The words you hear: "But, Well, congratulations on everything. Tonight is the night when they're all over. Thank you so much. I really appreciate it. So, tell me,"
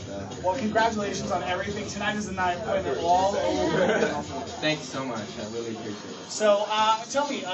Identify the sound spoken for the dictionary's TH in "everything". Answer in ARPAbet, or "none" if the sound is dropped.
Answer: TH